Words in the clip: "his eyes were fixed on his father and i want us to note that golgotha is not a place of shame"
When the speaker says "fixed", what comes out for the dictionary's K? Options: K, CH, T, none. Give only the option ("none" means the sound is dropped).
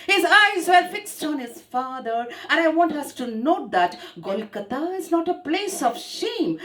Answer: K